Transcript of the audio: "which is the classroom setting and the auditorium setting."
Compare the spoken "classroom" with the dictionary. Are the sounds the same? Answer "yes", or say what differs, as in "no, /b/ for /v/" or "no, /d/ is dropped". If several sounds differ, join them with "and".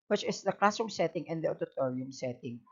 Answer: no, /ɹ/ is dropped